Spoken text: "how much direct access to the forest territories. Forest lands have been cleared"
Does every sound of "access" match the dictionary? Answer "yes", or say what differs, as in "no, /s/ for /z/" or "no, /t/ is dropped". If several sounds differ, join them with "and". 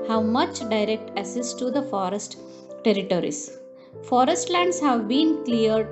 no, /k/ is dropped